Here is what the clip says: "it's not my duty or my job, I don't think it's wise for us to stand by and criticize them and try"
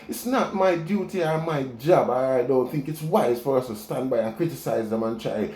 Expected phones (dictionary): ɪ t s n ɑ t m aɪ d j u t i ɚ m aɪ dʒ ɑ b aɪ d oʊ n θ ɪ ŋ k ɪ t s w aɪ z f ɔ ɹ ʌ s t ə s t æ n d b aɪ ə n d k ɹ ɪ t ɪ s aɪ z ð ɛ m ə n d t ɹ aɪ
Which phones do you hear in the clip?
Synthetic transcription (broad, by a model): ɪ t s n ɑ t m aɪ d j u t i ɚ m aɪ dʒ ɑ b aɪ d oʊ n θ ɪ ŋ k ɪ t s w aɪ z f ɔ ɹ ʌ s t ə s t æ n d b aɪ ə n k ɹ ɪ t ɪ s aɪ z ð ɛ m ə n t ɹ aɪ